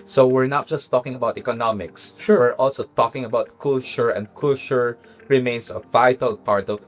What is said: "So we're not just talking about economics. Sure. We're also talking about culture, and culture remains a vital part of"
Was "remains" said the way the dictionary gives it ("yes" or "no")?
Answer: no